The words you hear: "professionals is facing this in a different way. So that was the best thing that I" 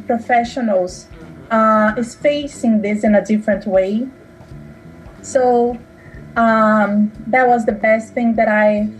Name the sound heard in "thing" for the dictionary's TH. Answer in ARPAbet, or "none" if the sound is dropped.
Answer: TH